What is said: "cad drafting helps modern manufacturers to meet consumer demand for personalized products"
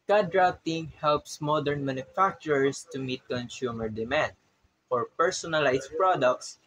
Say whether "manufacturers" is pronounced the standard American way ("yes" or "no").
no